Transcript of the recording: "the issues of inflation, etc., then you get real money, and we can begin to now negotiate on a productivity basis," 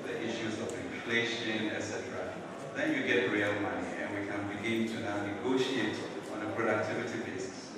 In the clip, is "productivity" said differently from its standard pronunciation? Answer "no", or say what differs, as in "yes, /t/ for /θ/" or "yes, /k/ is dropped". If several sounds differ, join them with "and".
no